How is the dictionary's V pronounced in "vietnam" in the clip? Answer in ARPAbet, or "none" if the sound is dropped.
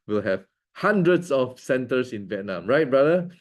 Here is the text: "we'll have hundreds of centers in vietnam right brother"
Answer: V